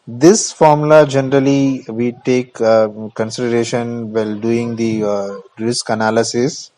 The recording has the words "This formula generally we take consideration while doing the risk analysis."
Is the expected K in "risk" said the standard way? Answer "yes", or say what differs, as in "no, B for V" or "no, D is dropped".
yes